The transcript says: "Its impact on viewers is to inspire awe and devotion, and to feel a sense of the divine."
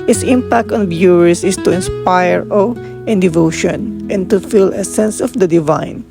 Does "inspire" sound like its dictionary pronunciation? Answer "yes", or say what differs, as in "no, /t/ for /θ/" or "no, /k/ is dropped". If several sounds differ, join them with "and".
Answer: yes